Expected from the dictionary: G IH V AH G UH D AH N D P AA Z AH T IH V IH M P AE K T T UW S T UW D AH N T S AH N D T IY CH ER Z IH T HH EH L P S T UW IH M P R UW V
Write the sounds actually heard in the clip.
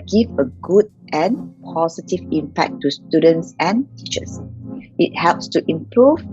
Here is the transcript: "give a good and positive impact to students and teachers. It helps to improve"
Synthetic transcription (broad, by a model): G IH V AH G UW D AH N P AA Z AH T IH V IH M P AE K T T UW S T UW D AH N T S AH N T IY CH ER S IH T HH EH L P S T UW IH M P R UW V